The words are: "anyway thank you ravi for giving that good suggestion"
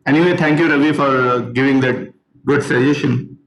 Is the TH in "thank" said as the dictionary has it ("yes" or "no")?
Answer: no